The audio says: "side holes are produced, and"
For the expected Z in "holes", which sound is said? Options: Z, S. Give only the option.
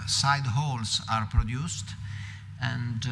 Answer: S